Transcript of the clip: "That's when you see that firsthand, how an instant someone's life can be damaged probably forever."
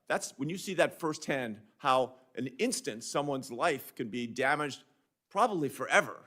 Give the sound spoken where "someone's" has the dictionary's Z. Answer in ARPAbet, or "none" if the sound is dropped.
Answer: Z